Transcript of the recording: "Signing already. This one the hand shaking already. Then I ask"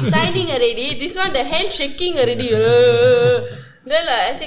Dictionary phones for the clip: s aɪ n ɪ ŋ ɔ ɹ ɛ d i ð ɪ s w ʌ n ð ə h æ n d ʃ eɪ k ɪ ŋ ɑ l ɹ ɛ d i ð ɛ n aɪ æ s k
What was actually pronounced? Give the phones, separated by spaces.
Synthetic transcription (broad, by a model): s aɪ n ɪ ŋ ɔ ɹ ɛ d i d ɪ s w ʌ n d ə h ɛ n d ʃ eɪ k ɪ ŋ ɑ l ɹ ɛ d i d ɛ l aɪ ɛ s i